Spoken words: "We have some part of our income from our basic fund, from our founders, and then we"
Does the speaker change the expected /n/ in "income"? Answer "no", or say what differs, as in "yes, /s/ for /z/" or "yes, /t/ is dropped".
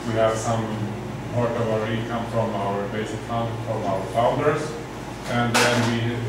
yes, /n/ is dropped